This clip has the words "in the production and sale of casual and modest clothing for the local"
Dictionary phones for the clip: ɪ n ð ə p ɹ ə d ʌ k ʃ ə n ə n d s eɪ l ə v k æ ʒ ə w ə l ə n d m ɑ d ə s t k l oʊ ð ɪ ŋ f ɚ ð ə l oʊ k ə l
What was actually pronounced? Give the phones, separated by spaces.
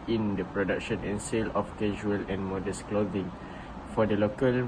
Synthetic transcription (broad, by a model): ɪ n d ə p ɹ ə d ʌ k ʃ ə n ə n s eɪ l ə f k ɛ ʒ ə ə l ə n m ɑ d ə s k l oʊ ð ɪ ŋ f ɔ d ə l oʊ k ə l